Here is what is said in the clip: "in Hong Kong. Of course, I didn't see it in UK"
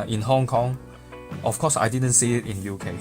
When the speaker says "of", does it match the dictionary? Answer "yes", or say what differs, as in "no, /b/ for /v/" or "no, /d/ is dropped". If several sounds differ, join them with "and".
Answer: no, /f/ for /v/